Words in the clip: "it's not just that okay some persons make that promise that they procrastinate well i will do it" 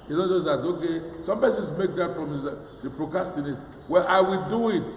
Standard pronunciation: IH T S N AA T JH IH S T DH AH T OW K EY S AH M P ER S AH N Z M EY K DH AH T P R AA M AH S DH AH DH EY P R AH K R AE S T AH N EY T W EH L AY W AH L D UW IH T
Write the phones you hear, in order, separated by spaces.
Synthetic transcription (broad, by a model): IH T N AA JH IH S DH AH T OW K EY S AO M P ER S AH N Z M EY K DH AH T F R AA M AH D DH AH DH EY P R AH K AA S T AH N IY T W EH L AY W AH L D UW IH T